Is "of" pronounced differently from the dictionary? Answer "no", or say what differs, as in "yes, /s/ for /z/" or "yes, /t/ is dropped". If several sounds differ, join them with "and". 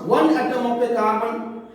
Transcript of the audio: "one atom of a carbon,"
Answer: yes, /p/ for /v/